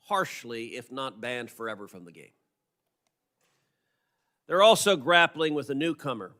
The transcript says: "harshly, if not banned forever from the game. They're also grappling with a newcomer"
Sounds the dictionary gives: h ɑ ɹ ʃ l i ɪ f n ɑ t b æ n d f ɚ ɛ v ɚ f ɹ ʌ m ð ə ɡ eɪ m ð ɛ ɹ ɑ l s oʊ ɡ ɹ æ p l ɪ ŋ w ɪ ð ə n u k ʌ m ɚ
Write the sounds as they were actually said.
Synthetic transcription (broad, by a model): h ɑ ɹ ʃ l i ɪ f n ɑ t b æ n d f ɚ ɛ v ɚ f ɹ ʌ m ð ə ɡ eɪ m ð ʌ ɹ ɑ l s oʊ ɡ ɹ æ p l ɪ ŋ w ɪ ð ə n u k ʌ m ɚ